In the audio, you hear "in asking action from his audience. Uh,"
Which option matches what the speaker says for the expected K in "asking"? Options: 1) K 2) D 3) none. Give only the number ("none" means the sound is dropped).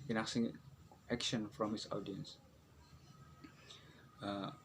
3